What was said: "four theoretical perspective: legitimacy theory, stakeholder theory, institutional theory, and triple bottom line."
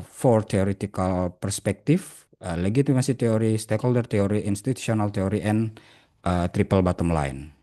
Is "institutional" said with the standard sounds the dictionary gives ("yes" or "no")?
no